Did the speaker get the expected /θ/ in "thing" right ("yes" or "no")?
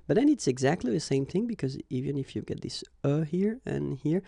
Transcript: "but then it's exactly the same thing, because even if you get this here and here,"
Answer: yes